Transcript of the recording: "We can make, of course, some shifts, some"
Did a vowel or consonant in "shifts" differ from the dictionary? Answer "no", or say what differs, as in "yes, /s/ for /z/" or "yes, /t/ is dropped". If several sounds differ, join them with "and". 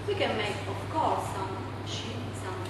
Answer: yes, /f/ is dropped